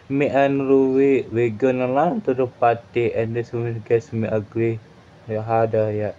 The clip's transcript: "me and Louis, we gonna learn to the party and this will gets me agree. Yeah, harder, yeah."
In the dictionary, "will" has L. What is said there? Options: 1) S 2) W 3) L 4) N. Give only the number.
4